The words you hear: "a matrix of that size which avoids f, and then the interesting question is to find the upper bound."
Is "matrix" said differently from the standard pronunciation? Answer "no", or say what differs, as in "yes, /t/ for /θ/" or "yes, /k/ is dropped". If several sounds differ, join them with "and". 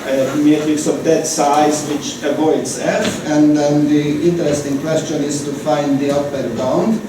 yes, /ɹ/ is dropped